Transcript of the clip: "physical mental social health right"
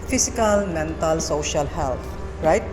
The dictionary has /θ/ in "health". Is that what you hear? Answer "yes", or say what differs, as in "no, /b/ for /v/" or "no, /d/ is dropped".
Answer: no, /t/ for /θ/